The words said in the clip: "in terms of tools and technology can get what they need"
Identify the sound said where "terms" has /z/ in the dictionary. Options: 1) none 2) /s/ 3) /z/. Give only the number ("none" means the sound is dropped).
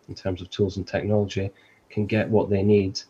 3